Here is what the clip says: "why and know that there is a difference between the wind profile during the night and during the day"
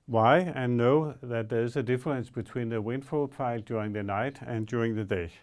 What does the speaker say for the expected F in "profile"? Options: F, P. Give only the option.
P